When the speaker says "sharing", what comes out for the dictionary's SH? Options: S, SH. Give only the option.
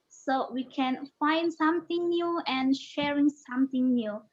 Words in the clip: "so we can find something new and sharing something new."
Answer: SH